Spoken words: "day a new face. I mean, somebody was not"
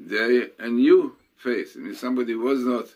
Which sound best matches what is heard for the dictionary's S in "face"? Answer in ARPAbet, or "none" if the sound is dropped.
TH